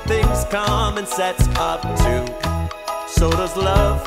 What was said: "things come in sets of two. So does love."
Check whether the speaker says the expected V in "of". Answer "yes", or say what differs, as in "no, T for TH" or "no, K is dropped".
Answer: no, P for V